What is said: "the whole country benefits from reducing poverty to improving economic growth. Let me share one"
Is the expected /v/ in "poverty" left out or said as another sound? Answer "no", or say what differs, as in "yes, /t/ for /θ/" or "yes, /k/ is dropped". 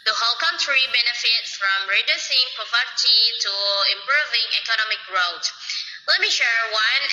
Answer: yes, /p/ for /v/